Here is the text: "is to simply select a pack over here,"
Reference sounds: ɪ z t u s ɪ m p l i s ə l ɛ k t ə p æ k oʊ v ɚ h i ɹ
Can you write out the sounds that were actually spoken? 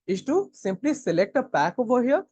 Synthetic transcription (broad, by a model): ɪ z t u s ɪ m p l i s ə l ɛ k t ə p æ k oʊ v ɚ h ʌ